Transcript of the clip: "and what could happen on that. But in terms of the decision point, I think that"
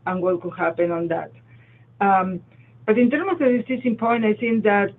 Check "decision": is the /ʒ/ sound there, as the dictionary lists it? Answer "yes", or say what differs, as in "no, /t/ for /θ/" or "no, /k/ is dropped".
no, /s/ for /ʒ/